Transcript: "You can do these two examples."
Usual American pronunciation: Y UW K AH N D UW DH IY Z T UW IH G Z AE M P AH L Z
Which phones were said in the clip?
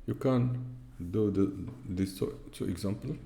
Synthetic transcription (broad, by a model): Y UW K AH N D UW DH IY S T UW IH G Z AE M P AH L